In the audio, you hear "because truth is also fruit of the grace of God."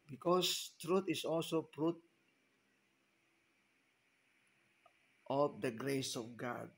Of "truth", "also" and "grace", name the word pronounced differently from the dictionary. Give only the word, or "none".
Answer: truth